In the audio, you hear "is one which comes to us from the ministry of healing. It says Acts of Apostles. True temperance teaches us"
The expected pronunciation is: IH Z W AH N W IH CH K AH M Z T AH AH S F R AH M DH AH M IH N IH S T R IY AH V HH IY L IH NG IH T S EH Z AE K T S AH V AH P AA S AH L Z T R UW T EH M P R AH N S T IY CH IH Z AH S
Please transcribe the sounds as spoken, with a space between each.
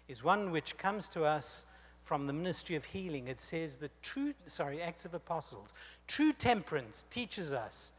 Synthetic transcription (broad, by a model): IH Z W AH N W IH CH K AH M Z T AH AH S F R AH M DH AH M IH N IH S T R IY AH V HH IY L IH NG IH T S EH Z AE K T S AH V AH P AA S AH L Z T R UW T EH M P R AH N S T IY CH IH Z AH S